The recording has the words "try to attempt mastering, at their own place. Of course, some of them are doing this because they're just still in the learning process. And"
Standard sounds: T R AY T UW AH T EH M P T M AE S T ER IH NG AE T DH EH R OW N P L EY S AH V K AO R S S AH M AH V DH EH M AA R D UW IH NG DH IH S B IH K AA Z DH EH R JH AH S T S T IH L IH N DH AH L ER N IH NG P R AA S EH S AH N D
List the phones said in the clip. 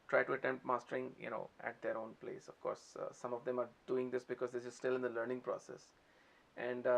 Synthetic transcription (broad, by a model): T R AY T UW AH T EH M P M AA S T ER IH NG AE T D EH R OW N P L EY S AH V K AO R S S AH M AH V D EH M AA R D UW IH NG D IH S B IH K AA Z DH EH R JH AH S S T IH L IH N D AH L ER N IH NG P R AA S EH S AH N D